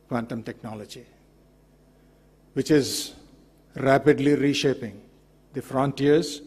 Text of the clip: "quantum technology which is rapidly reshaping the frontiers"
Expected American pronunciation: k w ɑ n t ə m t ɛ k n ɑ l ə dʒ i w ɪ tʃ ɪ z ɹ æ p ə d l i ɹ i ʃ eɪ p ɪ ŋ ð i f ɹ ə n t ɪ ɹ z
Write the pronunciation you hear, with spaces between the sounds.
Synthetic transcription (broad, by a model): k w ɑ n t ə m t ɛ k n ɑ l ə dʒ i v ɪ tʃ ɪ z ɹ æ p ə d l i ɹ i ʃ eɪ p ɪ ŋ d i f ɹ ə n t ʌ ɹ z